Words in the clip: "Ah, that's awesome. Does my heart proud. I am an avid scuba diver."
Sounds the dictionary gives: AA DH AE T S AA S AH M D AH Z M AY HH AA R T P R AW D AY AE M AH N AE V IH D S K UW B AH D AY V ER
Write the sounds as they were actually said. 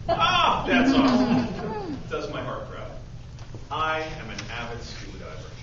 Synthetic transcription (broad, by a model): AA DH AE T S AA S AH D AH Z M AY HH AA R T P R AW AY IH M AH N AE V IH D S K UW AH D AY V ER